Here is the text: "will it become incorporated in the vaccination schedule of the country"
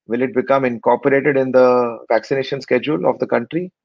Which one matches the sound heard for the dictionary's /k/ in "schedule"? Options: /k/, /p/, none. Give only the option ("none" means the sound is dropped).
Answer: /k/